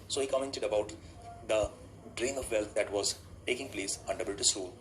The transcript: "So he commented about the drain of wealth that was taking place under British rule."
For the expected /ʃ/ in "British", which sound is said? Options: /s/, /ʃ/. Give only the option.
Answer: /s/